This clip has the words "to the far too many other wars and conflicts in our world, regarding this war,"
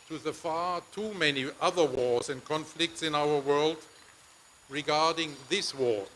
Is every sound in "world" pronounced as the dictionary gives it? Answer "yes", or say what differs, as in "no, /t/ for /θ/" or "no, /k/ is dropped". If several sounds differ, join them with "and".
yes